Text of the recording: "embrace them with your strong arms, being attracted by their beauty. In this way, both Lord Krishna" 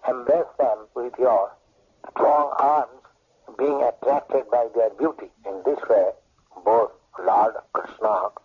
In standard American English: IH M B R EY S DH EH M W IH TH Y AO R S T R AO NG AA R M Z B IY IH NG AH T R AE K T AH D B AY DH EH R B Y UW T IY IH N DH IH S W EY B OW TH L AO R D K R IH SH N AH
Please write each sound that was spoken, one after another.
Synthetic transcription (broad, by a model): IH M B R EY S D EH M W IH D Y AO R S T R AO NG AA R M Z B IY IH NG AH T R AE K T AH D B AY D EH R B Y UW T IY IH N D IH S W EY B OW T L AO R D K R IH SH N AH